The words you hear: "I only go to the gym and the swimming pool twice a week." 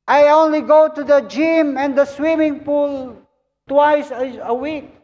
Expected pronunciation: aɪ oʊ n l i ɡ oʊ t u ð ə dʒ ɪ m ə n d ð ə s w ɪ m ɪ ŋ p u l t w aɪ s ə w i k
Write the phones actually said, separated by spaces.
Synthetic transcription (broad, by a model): aɪ oʊ n l i ɡ oʊ t u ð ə dʒ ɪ m ə n d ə s w ɪ m ɪ ŋ p u l t w aɪ s ə w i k